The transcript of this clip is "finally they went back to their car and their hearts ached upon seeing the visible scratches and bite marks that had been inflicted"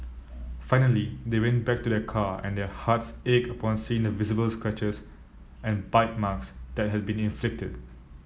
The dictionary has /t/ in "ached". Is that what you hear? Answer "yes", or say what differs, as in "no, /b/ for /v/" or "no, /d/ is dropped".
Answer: no, /t/ is dropped